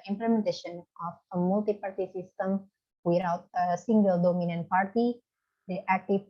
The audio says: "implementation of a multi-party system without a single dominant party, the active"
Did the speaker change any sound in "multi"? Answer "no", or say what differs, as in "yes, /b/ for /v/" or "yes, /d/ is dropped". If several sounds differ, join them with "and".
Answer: no